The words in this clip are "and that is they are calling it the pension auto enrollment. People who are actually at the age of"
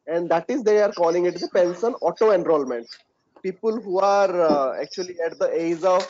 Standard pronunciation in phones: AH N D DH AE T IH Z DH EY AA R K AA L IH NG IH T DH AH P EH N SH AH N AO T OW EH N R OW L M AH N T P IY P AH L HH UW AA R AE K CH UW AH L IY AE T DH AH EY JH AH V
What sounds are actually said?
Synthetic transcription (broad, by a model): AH N D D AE T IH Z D EY AA R K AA L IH NG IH T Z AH P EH N S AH N AO T OW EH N R OW L M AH N T P IY P AH L HH UW AA R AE K CH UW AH L IY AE T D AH EY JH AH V